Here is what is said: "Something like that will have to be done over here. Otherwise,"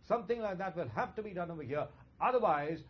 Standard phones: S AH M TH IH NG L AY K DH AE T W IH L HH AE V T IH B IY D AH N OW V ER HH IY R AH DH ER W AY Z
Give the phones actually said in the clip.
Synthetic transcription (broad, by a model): S AH M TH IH NG L AY K DH AE T W IH L HH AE F T IH B IY D AH N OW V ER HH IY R AH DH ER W AY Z